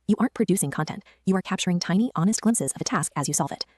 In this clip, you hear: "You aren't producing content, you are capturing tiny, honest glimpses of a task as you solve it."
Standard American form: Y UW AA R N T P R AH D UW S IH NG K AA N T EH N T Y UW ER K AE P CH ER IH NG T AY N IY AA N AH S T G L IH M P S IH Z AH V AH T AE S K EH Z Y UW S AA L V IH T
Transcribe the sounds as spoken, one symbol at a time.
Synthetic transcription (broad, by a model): Y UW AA R N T P R AH D UW S IH NG K AA N T EH N T Y UW ER K AE P CH ER IH NG T AY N IY AA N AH S T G L IH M S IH Z AH V AH T AE S K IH Z Y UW S AA L V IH T